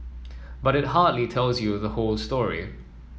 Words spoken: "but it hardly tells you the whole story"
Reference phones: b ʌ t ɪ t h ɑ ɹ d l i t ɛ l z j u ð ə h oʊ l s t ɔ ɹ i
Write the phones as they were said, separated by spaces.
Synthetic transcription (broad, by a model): b ʌ t ɪ t h ɑ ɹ d l i t ɛ l z j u ð ə h oʊ l s t ɔ ɹ i